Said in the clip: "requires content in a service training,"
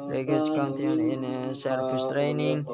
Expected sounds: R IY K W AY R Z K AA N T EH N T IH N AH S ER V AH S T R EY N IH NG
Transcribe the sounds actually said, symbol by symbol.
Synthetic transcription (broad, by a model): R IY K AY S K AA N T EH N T IH N AH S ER F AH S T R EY N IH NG